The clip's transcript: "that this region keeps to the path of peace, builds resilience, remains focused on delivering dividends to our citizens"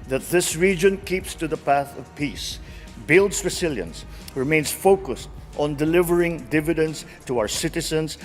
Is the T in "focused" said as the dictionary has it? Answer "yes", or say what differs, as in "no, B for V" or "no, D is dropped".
yes